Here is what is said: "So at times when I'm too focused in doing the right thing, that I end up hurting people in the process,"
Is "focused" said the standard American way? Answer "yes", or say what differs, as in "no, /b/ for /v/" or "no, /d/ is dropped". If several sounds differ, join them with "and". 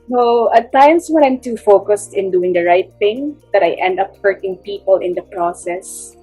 yes